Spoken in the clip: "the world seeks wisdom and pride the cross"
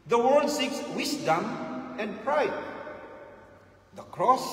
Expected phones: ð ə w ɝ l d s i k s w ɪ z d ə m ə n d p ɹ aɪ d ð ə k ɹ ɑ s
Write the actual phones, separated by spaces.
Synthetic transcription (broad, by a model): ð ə w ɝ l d s i k s w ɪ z d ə m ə n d p ɹ aɪ d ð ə k ɹ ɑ s